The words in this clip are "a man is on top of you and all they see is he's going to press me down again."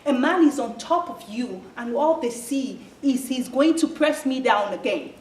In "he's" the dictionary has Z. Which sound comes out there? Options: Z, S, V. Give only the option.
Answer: Z